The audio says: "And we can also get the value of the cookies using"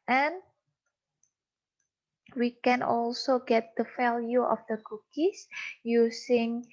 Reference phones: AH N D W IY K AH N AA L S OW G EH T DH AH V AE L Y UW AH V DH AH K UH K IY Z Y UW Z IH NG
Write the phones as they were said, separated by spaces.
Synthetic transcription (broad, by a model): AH N W IY K AH N AA L S OW G EH T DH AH F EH L Y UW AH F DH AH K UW K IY S Y UW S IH NG